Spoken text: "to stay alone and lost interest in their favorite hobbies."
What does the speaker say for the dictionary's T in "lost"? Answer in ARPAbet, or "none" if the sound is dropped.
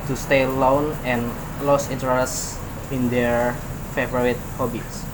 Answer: none